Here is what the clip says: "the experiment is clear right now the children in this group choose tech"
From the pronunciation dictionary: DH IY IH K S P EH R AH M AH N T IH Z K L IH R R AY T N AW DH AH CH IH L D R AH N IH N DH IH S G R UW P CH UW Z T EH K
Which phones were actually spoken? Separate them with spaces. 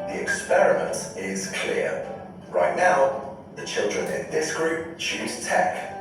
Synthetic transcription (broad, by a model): DH IY IH K S P EH R AH M AH N T IH Z K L IH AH R AY T N AW DH AH CH IH L D R AH N IH N DH IH S G R UW P CH UW Z T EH K